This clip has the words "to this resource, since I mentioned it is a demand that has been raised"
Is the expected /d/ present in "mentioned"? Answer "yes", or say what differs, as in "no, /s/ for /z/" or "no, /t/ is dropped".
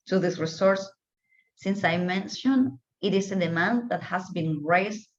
no, /d/ is dropped